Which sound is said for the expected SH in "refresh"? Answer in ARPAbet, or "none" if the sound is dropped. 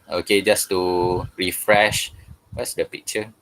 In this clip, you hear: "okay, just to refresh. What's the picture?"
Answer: SH